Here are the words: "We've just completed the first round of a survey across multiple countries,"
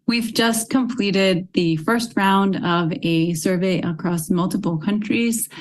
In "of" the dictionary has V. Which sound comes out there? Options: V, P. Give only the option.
V